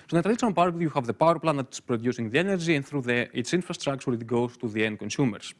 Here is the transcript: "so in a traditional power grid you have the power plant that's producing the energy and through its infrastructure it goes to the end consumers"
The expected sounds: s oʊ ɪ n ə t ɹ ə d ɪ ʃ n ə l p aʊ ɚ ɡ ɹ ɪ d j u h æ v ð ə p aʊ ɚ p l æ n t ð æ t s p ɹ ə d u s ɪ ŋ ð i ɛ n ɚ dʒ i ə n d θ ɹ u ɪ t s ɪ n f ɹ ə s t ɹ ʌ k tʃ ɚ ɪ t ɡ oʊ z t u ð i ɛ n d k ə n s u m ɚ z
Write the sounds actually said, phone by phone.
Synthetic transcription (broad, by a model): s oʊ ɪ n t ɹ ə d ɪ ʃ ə n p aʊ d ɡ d j u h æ v ð ə p aʊ ɚ p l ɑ n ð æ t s p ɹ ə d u s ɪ ŋ ð i ɛ n ɚ dʒ i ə n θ ɹ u ɪ t s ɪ n f ɹ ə s t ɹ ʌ k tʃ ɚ ɪ t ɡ oʊ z t u ð i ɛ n k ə n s u m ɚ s